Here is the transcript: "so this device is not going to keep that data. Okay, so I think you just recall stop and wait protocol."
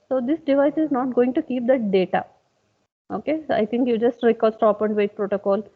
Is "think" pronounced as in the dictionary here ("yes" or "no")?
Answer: no